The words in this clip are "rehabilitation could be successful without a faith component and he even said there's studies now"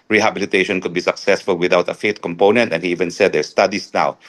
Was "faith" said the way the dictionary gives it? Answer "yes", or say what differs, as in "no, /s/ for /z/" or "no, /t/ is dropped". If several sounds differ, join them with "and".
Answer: no, /t/ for /θ/